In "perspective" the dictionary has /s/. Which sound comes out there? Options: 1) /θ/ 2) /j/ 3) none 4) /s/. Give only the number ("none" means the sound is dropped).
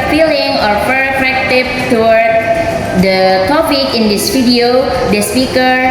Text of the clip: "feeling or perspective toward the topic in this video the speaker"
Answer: 3